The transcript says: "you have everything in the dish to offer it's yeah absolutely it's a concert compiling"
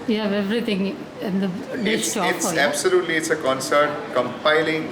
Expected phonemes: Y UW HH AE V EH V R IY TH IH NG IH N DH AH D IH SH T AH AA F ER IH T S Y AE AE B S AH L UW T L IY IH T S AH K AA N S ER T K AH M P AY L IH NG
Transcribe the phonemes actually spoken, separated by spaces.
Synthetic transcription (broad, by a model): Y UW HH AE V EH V R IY T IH NG IH N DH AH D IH S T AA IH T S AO AE B S AH L UW T L IY IH T S AH K AA N S ER T K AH M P AY L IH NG